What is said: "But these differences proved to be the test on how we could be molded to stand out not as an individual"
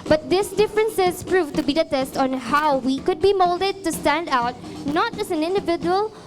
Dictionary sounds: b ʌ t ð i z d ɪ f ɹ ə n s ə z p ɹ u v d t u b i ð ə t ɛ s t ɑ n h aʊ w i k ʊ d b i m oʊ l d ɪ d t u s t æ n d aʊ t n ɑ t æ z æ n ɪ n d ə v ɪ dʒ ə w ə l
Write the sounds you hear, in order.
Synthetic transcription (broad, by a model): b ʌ t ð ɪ s d ɪ f ɹ ə n s ə z p ɹ u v t u b i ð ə t ɛ s t ɑ n h aʊ w i k ʊ d b i m oʊ l d ɪ d t u s t æ n d aʊ t n ɑ t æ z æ n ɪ n d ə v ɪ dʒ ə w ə l